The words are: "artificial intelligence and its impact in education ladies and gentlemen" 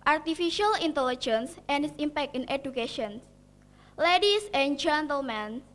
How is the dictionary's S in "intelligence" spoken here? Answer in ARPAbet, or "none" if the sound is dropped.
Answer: S